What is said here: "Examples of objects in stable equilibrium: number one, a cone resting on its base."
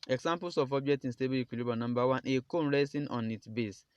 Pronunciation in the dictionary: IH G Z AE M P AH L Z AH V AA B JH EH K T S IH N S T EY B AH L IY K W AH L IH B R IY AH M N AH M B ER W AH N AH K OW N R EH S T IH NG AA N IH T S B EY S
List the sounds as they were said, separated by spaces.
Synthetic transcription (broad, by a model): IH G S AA M P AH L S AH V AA B JH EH K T IH N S T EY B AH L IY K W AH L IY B IY N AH M B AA W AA N AH K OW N R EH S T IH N AA N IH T B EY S